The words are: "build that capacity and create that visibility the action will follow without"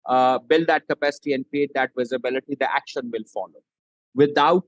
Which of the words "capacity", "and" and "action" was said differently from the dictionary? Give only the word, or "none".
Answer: none